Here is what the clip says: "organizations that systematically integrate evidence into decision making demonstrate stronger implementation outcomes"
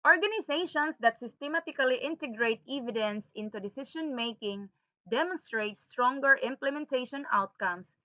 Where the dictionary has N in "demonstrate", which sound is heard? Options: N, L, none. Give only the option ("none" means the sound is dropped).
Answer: N